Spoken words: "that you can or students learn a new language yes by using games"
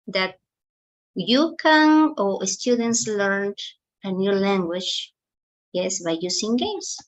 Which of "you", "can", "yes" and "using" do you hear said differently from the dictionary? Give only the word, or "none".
using